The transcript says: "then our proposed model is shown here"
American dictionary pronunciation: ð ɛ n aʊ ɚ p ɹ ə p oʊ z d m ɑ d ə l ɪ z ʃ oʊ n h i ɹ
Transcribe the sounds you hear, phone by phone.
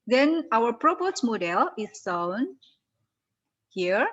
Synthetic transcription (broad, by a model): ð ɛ n aʊ ɚ p ɹ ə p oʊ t m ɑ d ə l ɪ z s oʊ n h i ɹ